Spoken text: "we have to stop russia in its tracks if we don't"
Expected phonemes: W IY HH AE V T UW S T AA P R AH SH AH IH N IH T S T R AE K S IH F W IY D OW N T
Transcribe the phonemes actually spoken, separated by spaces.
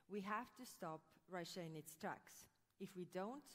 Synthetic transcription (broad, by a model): W IY HH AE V T UW S T AA P R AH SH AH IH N IH T S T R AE K S IH F W IY D OW N T